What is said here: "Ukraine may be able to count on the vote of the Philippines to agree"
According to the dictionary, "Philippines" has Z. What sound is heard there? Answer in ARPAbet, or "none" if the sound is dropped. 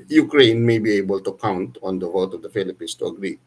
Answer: S